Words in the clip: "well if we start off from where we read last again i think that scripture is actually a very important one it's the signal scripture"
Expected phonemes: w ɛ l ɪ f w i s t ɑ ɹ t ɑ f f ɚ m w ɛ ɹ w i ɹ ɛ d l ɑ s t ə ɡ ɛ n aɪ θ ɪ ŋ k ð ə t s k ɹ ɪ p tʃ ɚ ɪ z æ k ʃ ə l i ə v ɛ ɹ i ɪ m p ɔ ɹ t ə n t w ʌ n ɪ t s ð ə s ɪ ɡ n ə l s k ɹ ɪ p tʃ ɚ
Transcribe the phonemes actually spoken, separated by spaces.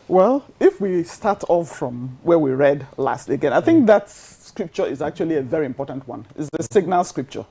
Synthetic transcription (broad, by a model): w ɛ l ɪ f w i s t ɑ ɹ t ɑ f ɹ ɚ m w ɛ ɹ w i ɹ ɛ d l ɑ s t ə ɡ ɛ n aɪ θ ɪ ŋ k ð ə t s k ɹ ɪ p tʃ ɚ ɪ z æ k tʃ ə l i ə v ɛ ɹ i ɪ m p ɔ ɹ t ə n t w ʌ n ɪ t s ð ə s ɪ ɡ n ə l s k ɹ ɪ p tʃ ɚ